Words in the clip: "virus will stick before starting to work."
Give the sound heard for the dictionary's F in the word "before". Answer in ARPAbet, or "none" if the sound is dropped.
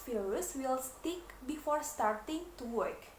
F